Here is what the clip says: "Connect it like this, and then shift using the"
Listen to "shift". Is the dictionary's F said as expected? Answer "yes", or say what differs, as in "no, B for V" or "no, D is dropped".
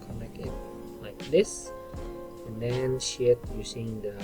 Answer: no, F is dropped